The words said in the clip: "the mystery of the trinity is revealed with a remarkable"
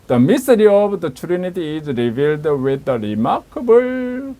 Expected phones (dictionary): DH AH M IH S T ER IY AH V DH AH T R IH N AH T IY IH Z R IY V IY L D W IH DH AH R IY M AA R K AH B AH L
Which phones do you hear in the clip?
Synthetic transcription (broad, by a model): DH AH M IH S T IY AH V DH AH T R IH N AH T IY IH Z R IY V IY L D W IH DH AH R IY M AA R K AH B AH L